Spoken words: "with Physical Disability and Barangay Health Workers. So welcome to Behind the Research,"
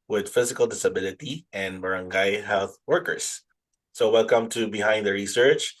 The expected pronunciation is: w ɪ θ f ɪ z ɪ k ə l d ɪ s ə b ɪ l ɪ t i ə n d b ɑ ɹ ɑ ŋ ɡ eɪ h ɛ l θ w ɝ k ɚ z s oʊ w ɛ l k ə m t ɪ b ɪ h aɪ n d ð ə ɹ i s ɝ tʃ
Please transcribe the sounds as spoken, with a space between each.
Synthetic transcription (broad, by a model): w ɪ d f ɪ z ɪ k ə l d ɪ s ə b ɪ l ɪ t i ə n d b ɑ ɹ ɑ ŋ ɡ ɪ h ɛ l θ w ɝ k ɚ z s oʊ w ɛ l k ə m t ɪ b ɪ h aɪ n d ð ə ɹ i s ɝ tʃ